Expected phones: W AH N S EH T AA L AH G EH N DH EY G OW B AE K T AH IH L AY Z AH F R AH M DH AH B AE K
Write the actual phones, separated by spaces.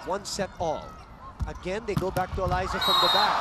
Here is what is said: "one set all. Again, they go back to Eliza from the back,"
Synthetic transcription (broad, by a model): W AH N S EH T AA L AH G EH N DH EY G OW B AE K T AH IH L AY Z AH F R AH M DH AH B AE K